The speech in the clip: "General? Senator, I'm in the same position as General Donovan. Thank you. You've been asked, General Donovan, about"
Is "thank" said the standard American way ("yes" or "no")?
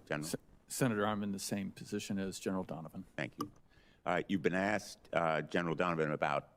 yes